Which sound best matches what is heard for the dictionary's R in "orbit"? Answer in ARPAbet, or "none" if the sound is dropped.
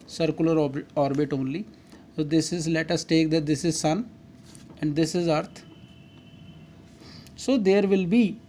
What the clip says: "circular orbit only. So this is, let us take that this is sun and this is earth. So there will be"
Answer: R